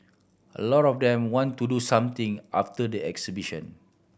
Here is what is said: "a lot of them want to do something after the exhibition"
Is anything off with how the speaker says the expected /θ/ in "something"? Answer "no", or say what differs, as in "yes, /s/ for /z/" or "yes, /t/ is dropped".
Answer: yes, /t/ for /θ/